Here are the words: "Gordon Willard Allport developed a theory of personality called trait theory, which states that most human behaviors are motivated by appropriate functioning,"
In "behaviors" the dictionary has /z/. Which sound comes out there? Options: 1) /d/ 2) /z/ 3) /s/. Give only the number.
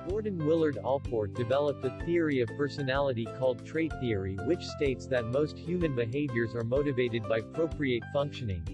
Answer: 2